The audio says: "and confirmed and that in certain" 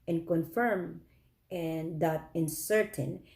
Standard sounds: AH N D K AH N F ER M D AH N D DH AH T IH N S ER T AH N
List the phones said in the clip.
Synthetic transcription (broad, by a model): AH N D K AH N F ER M AH N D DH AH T IH N S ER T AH N